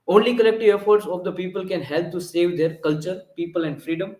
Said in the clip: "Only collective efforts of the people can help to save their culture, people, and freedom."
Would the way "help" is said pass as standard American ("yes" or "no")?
yes